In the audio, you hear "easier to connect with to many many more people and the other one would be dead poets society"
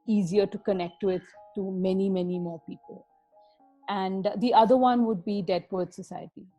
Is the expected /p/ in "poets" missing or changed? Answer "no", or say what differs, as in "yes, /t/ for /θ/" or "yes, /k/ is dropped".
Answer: yes, /f/ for /p/